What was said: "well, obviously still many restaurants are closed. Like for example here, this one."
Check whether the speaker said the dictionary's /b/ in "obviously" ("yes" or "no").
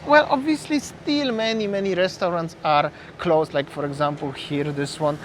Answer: yes